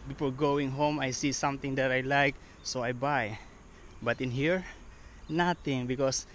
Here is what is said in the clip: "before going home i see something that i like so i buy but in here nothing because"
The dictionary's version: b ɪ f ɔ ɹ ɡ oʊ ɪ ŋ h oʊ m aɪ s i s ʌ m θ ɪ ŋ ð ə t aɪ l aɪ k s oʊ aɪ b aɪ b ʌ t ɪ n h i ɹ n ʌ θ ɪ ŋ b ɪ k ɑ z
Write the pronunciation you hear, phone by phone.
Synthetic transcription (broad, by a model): b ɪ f ɔ ɹ ɡ oʊ ɪ ŋ h oʊ m aɪ s i s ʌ m t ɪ ŋ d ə t aɪ l aɪ k s oʊ aɪ b aɪ b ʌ t ɪ n h i ɹ n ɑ t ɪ ŋ b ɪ k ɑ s